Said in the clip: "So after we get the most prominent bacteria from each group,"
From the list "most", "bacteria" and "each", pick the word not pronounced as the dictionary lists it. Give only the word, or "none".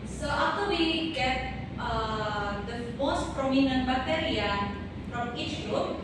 bacteria